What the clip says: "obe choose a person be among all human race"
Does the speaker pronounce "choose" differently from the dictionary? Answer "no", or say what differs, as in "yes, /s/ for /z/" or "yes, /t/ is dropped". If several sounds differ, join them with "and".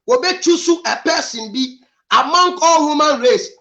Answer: yes, /s/ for /z/